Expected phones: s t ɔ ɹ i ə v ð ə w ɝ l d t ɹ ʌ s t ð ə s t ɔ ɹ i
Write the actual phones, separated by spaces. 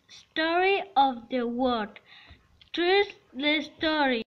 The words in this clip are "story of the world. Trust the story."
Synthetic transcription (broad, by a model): s t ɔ ɹ i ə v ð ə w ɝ d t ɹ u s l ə s t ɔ ɹ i